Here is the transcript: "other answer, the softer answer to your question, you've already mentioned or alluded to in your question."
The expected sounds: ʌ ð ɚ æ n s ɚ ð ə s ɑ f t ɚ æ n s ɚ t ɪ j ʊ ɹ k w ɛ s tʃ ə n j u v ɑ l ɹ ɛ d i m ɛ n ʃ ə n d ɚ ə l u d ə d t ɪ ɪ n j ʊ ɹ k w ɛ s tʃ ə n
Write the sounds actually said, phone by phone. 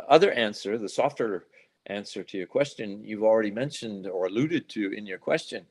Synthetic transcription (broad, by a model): ʌ ð ɚ æ n s ɚ ð ə s ɑ f t ɚ æ n s ɚ t ɪ j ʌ ɹ k w ɛ s tʃ ə n j u v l ɹ ɛ d i m ɛ n ʃ ə n d ɚ ə l u d ə d t ɪ ɪ n j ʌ ɹ k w ɛ s tʃ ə n